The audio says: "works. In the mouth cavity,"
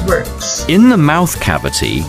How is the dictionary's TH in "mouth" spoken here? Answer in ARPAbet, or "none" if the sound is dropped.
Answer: TH